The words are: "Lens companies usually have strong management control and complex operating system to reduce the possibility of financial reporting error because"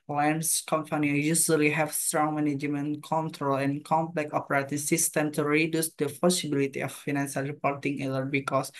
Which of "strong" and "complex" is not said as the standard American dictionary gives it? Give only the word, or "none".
complex